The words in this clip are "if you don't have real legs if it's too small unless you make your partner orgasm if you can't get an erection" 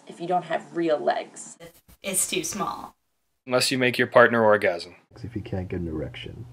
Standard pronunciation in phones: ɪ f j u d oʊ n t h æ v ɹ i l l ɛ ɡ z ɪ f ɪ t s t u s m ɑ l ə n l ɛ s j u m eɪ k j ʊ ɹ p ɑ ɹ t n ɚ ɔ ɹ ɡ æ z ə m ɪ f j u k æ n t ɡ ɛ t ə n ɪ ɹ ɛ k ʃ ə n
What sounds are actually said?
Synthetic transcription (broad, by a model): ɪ f j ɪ d oʊ n t h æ v ɹ i l l ɛ ɡ z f ɪ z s t u s m ɑ l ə n l ɛ s j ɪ m eɪ k j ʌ ɹ p ɑ ɹ t n ɚ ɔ ɹ ɡ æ z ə m ɪ f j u k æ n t ɡ ɛ t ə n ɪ ɹ ɛ k ʃ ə n